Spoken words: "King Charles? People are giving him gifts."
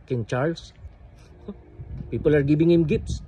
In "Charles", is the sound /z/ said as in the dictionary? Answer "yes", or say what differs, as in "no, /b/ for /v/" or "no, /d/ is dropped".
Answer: no, /s/ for /z/